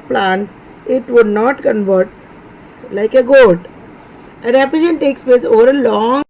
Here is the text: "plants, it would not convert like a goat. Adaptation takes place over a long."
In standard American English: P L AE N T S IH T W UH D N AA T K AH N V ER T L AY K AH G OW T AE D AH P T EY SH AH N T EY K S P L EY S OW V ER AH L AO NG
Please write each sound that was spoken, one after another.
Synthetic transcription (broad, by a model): P L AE N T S IH T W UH D N AA T K AH N V ER T L AY K AH G OW T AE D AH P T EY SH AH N T EY K S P EY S OW V ER AH L AO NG